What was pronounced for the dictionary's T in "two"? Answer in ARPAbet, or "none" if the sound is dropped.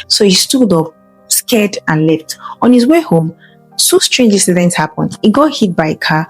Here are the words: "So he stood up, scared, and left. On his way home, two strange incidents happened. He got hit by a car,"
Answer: S